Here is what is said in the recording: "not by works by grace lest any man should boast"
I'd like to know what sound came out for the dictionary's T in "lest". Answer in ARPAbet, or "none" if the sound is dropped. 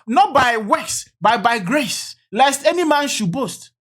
T